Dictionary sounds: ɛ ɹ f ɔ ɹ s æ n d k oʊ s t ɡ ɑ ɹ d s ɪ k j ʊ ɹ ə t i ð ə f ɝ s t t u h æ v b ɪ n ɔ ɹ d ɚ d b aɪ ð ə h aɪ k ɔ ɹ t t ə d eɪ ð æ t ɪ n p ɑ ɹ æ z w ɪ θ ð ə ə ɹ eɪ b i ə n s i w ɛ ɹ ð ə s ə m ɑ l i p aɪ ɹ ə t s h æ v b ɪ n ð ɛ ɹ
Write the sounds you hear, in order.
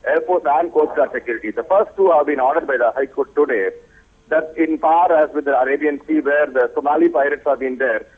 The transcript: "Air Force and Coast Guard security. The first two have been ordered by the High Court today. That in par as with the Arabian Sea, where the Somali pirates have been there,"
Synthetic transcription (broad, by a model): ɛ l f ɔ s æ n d k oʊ t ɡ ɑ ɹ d s ɪ k j ʊ ɹ ə t i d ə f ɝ s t t u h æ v b ɪ n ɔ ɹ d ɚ d b aɪ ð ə h aɪ k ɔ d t t ə d eɪ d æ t ɪ n p ɑ ɹ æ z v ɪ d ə ə ɹ eɪ b i ə n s i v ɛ ɹ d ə s ə m ɑ l i p aɪ ɹ ə t s h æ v b ɪ n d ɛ ɹ